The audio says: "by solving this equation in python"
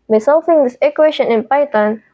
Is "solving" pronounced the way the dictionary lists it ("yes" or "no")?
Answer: no